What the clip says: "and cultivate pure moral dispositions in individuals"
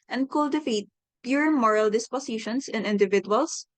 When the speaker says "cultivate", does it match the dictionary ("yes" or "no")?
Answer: no